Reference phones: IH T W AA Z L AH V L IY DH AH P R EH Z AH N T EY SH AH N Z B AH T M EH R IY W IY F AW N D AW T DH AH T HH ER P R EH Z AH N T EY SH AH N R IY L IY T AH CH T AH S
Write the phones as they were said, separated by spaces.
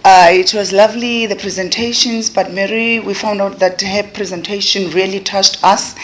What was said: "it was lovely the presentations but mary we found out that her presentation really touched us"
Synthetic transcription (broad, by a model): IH T W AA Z L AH V L IY DH AH P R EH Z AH N T EY SH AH N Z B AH T M EH R IY W IY F AW N D AW T DH AH T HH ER P R EH Z AH N T EY SH AH N R IY L IY T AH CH T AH S